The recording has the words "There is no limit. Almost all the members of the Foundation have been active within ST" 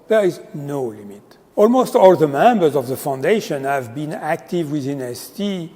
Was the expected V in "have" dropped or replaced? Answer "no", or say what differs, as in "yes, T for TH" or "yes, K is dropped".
no